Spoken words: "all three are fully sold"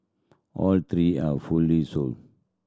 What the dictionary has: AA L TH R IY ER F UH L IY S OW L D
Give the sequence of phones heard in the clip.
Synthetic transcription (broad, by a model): AA L T R IY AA F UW L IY S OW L